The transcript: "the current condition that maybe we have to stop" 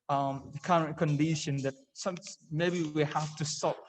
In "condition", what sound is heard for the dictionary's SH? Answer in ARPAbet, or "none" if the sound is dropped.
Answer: SH